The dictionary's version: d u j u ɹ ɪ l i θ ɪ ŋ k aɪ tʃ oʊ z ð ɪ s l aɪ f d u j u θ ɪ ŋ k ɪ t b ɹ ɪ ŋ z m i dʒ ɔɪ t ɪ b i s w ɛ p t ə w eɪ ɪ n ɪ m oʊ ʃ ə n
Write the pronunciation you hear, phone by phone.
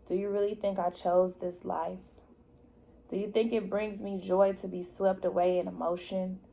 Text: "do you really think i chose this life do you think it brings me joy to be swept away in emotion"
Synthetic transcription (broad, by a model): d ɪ j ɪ ɹ ɪ l i θ ɪ ŋ k aɪ tʃ oʊ z ð ɪ s l aɪ f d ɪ j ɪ θ ɪ ŋ k ɪ t b ɹ ɪ ŋ z m i dʒ ɔɪ t ɪ b i s w ɛ p t ə w eɪ ɪ n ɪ m oʊ ʃ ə n